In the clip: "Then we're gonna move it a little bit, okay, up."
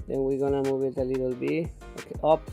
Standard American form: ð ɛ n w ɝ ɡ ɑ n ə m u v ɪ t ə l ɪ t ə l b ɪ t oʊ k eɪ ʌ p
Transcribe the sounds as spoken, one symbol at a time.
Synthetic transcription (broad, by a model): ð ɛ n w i ɡ ɑ n ə m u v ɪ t ə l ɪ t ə l b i oʊ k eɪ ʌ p